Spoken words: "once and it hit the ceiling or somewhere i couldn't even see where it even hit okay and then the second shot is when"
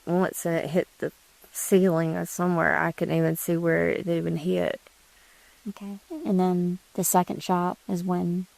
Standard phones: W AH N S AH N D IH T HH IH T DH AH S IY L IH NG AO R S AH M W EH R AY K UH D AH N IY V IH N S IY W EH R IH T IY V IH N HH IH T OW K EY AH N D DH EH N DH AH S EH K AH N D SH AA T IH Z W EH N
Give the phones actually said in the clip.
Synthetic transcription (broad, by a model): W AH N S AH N IH T HH IH T DH AH S IY L IH NG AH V S AH M W EH R AY K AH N IY V IH N S IY W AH R IH T IY V IH N HH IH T OW K EY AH N DH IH N DH AH S EH K AH N D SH AA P IH Z W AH N